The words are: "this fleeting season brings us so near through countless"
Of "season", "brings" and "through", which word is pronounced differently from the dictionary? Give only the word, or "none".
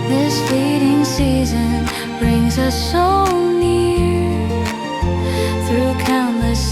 none